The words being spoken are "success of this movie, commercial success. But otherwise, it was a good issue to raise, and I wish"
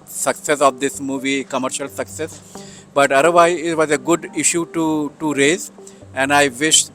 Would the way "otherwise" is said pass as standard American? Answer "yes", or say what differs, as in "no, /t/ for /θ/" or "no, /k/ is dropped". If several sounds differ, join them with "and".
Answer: no, /z/ is dropped